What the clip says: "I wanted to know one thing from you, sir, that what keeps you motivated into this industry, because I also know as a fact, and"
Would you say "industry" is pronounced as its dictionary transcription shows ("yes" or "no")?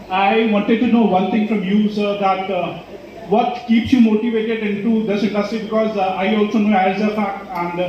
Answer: no